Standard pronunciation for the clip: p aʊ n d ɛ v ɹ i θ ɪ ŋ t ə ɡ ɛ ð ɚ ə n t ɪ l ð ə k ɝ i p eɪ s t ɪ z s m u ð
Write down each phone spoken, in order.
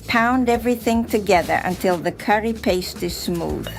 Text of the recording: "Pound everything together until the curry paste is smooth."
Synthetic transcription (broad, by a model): p aʊ n d ɛ v ɹ i θ ɪ ŋ t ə ɡ ɛ ð ɚ ə n t ɪ l ð ə k ɝ i p eɪ s t ɪ z s m u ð